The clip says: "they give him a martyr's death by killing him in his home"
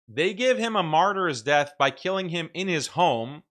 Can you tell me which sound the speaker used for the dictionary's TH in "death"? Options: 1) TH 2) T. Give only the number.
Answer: 1